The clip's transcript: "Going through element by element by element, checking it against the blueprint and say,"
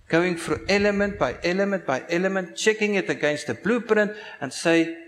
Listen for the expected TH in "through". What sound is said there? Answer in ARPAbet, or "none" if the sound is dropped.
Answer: F